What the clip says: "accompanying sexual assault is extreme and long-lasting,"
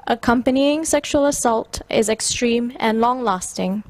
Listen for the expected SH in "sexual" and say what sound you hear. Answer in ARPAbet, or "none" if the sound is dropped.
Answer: SH